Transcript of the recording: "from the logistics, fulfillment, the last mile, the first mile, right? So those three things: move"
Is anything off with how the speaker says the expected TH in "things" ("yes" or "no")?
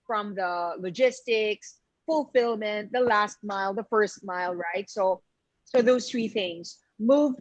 no